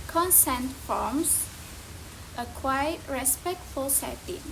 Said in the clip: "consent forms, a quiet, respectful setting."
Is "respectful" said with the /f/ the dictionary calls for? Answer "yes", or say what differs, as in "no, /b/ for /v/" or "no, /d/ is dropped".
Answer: yes